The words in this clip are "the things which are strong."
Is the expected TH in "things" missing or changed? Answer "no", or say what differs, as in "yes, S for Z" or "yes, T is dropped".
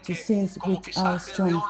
yes, S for TH